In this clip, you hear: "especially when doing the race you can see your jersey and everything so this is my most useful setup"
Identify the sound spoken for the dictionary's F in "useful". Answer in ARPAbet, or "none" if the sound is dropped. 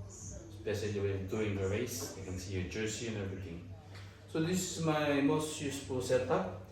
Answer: P